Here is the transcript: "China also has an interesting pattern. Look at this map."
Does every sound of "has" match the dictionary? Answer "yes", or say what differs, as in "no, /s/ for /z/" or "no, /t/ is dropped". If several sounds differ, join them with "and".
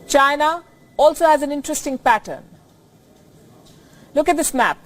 yes